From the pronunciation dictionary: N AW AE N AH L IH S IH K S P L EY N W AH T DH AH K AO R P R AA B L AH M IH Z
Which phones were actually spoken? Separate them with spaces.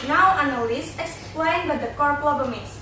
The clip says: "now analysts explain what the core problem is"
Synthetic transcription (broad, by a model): N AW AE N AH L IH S IH K S P L EY N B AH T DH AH K AO R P L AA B AH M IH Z